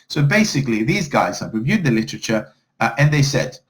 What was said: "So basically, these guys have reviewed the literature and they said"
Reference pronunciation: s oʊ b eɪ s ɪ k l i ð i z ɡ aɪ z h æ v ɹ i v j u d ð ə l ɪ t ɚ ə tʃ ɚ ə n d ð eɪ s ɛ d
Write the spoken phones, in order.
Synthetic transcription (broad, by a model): s oʊ b eɪ s ɪ k l i ð i z ɡ aɪ z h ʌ p ɹ i v j u d ð ə l ɪ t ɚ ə tʃ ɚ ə n ð eɪ s ɛ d